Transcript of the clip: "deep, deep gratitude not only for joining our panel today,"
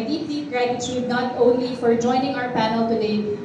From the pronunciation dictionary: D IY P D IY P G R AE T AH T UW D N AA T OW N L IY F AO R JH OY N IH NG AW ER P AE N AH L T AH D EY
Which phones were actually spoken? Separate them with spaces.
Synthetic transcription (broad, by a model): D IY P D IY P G R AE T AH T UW D N AA T OW N L IY F AO R JH OY N IH NG AW ER P AE N AH L T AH D EY